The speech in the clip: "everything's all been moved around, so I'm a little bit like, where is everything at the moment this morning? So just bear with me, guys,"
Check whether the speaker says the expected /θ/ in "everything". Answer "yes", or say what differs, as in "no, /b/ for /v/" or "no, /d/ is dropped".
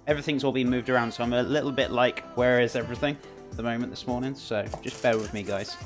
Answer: yes